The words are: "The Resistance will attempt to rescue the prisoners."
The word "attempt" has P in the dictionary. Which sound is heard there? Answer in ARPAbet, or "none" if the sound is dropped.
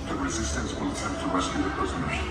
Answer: none